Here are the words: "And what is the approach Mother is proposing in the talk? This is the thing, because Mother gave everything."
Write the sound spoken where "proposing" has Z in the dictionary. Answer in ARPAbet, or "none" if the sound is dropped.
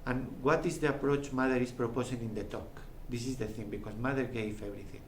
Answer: S